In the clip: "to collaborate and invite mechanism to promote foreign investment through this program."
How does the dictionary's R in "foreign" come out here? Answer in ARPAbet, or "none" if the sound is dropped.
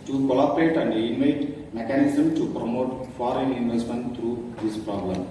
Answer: R